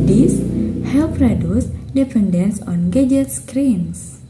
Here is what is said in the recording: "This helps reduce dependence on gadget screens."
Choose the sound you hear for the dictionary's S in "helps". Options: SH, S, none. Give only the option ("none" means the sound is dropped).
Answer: none